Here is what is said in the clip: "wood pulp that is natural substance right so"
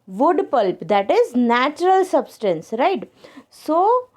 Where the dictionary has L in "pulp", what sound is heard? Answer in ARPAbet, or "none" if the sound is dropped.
L